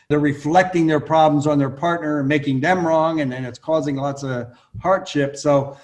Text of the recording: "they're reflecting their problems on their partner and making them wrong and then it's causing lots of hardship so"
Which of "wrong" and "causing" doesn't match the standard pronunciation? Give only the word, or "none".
none